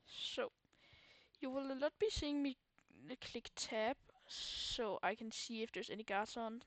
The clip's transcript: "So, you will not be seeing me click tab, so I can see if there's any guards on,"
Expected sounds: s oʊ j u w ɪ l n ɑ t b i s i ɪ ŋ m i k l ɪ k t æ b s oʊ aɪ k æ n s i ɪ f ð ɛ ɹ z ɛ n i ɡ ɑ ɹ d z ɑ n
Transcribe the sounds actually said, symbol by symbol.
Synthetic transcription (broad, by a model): s oʊ j u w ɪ l l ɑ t b i s i ɪ ŋ m i k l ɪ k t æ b s oʊ aɪ k æ n s i ɪ f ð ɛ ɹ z ɛ n i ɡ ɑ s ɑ n